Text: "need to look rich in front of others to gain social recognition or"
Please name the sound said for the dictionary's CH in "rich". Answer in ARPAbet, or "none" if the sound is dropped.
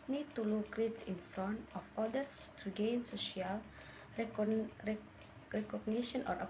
S